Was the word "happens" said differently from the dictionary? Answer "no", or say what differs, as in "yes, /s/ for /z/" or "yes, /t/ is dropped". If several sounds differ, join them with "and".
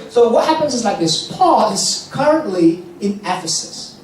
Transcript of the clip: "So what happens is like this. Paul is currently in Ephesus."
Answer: no